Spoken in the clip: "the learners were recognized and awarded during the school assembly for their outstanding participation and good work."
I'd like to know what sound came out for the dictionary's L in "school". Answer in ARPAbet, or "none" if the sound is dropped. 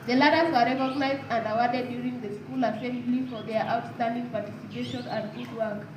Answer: L